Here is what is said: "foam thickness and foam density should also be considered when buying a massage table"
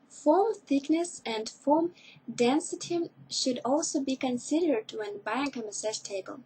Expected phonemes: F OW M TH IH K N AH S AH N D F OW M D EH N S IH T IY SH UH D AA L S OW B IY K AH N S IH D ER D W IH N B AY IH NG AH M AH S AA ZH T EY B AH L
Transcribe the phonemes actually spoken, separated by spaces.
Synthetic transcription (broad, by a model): F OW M TH IH K N AH S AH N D F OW M D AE N S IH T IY SH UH D AA L S OW B IY K AH N S IH D ER D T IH N B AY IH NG AH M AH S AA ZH T EY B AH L